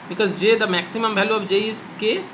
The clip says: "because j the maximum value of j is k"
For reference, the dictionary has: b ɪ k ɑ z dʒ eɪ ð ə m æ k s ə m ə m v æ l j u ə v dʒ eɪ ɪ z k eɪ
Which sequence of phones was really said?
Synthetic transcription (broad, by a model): b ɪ k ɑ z dʒ eɪ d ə m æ k s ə m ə m b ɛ l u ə b dʒ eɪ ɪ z k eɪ